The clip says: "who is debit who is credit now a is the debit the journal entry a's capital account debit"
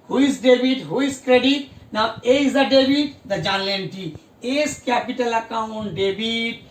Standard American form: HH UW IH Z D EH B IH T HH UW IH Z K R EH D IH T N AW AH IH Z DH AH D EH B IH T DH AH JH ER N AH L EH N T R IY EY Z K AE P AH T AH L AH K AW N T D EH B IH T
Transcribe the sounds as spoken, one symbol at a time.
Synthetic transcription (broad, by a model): HH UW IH S D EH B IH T HH UW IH S K R EH D IH T N AW AH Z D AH D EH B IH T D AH JH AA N L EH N T IY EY S K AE P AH T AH L AH K AW N T D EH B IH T